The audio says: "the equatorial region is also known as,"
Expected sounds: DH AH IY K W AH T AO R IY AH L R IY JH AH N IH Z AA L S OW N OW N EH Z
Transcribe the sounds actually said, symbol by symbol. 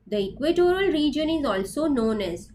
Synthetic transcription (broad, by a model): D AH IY K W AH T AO R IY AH L R IY JH AH N IH Z AA L S OW N OW N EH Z